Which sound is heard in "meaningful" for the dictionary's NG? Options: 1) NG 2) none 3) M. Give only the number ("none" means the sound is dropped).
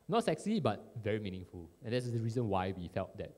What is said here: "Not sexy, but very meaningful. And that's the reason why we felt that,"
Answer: 1